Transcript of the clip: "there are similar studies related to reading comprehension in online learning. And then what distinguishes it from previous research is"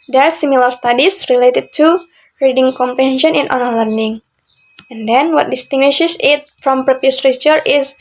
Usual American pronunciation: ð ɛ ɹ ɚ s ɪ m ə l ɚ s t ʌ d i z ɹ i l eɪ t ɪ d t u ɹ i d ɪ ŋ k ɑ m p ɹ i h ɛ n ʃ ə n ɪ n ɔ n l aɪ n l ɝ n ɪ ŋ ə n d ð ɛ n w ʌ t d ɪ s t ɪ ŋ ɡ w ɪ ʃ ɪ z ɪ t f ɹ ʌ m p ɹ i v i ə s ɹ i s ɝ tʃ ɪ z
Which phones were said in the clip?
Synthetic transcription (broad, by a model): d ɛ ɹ s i m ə l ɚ s t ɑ d i s ɹ i l eɪ t ɪ d t u ɹ i d ɪ ŋ k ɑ m p ɹ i h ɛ n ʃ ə n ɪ n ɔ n aɪ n l ɝ n ɪ ŋ ə n d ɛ n w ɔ t d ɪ s t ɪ ŋ ɡ w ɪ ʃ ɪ s ɪ t f ɹ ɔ m p ɹ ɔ p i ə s ɹ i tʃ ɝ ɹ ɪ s